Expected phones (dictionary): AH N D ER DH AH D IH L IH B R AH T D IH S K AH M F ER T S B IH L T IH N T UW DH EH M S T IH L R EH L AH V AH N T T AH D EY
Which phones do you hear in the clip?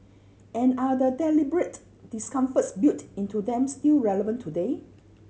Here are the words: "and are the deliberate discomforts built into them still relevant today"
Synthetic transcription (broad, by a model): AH N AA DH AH D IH L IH B R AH T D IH S K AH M F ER T S B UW T IH N T UW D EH M S T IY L R EH L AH V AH N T T AH D EY